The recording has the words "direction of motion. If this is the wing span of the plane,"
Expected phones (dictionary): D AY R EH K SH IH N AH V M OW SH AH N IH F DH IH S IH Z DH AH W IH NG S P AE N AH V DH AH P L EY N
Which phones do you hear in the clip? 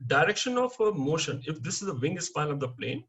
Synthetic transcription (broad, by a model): D AY R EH K SH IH N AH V M OW SH AH N IH F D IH S IH Z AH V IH NG S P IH L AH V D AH P L EY N